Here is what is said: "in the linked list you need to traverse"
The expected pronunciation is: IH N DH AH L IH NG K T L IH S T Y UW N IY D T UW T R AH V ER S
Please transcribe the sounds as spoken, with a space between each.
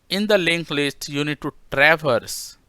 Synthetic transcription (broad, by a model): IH N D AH L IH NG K L IH S T Y UW N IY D T UW T R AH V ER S